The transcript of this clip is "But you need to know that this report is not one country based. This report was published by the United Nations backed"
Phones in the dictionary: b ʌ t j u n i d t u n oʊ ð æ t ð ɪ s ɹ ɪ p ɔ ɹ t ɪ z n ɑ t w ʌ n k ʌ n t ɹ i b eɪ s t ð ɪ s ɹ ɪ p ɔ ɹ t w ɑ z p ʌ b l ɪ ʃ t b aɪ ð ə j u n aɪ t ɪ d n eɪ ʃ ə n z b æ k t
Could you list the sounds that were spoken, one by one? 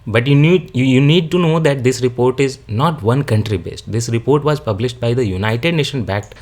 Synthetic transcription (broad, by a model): b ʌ t j u n i d t u n oʊ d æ t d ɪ s ɹ ɪ p ɔ ɹ t ɪ z n ɑ t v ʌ n k ʌ n t ɹ i b eɪ s t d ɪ s ɹ ɪ p ɔ ɹ t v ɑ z p ʌ b l ɪ ʃ t b aɪ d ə j u n aɪ t ɪ d n eɪ ʃ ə n b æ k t